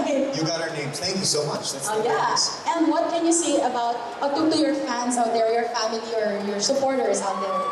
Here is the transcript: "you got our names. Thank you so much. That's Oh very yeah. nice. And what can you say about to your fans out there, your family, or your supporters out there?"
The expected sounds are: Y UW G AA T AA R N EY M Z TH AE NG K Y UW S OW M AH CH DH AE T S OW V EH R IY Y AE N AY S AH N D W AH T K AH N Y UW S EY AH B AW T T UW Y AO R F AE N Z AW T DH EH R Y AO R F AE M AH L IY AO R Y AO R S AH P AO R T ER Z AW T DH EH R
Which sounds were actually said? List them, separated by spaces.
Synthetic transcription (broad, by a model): Y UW G AA T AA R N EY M TH AE NG K Y UW S OW M AH CH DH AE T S OW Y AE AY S AH N D W AH T K AH N Y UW S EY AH B AW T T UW Y AO R F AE N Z AW T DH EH R Y AO R F AE M AH L IY AO R Y AO R S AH P AO R T ER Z AW T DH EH R